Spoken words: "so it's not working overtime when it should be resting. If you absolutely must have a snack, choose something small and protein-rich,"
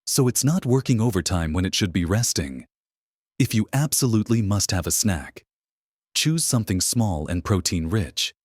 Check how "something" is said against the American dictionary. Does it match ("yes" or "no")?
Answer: yes